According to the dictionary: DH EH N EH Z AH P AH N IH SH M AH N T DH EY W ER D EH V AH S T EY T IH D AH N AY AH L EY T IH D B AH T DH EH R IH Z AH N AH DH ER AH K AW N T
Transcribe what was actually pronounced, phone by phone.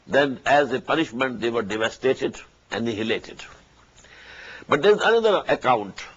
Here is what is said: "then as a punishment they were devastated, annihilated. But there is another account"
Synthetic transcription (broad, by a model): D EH N EH Z AH P AH N IH SH M AH N T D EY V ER D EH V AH S T EY T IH D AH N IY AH L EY T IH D B AH T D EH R IH Z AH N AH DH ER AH K AW N T